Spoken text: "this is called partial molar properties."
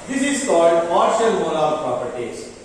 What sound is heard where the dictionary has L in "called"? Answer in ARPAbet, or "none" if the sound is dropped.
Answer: L